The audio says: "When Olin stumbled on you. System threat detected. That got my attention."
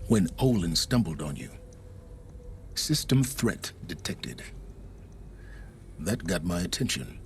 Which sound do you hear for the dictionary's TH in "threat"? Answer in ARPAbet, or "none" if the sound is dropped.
TH